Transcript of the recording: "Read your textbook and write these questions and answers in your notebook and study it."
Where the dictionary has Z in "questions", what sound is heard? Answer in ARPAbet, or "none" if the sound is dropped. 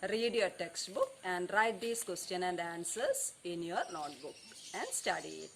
none